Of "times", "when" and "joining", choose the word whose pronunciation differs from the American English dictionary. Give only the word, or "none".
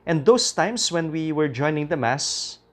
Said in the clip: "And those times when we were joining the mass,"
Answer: times